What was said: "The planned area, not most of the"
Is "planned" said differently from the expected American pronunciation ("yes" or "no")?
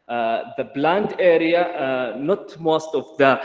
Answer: yes